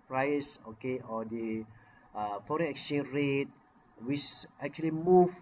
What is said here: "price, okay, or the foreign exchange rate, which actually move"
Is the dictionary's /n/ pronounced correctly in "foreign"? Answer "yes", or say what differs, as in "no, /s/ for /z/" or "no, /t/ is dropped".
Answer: no, /n/ is dropped